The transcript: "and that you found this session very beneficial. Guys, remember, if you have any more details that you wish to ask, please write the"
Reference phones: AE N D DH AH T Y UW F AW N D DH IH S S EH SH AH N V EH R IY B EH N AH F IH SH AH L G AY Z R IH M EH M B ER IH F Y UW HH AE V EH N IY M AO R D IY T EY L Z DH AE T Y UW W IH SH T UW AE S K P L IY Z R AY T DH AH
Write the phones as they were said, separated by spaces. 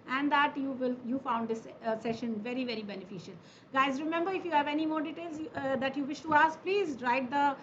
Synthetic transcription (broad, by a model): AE N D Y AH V Y UW F AW N D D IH S S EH SH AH N V EH R IY B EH N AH F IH SH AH L G AY Z R IH M EH M B ER IH F Y UW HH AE V EH N IY M AO R D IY T EY L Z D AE T Y UW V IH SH T UW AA S K P L IY Z R AY T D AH